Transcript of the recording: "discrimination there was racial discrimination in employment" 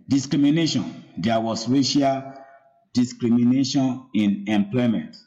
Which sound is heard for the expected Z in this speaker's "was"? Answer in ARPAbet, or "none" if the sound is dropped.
S